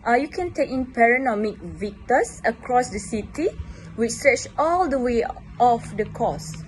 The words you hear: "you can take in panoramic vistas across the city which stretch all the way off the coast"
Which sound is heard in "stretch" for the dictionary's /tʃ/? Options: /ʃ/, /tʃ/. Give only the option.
/tʃ/